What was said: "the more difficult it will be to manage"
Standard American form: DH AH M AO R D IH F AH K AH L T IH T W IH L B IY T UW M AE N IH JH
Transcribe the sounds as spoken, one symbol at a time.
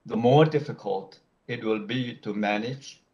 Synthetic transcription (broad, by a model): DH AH M AO R D IH F AH K AH L T IH T W IH L B IY T UW M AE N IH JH